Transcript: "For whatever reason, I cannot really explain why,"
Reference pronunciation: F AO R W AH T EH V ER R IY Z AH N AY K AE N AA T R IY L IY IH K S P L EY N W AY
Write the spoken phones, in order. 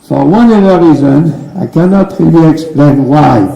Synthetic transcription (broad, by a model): F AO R W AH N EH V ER R IY Z AH N AY K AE N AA T R IY L IY IH K S P L EY N W AY